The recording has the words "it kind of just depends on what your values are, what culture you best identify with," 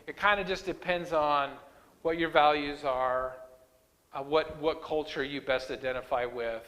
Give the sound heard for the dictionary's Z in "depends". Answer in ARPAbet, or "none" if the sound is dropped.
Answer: Z